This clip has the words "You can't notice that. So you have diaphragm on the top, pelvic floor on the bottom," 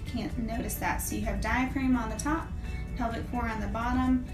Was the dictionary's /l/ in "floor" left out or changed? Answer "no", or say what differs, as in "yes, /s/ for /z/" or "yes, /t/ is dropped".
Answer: yes, /l/ is dropped